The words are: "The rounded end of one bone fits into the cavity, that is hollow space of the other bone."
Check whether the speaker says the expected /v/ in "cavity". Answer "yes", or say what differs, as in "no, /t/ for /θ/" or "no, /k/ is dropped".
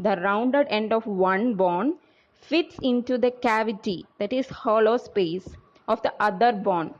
yes